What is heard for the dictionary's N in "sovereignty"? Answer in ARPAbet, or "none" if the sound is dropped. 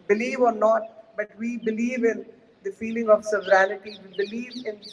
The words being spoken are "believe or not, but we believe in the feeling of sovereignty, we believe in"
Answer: L